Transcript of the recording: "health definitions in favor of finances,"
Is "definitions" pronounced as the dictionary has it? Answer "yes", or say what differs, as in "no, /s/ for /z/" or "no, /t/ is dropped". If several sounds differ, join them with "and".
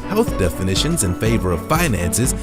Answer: yes